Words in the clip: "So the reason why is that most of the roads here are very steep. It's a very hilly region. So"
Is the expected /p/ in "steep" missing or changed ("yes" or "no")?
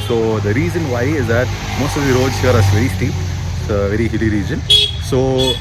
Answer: yes